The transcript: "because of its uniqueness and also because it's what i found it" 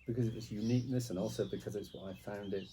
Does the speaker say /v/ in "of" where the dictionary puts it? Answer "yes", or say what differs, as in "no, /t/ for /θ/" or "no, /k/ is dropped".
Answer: no, /w/ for /v/